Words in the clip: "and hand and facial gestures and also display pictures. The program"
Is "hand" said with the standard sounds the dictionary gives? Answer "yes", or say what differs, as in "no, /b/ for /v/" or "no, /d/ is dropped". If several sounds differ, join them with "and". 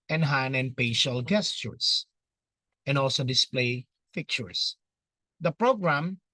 no, /d/ is dropped